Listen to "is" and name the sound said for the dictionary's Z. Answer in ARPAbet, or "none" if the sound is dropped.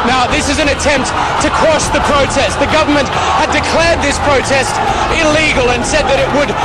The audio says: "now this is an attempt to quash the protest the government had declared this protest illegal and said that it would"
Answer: Z